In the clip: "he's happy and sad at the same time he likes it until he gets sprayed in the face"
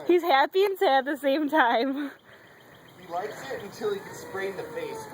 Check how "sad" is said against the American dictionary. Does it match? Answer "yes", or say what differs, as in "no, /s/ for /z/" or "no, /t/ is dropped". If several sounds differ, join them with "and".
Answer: no, /d/ is dropped